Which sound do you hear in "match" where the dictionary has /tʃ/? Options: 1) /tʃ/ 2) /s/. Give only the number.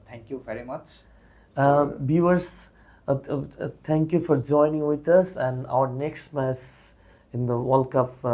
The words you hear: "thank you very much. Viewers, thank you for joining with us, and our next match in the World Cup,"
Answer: 2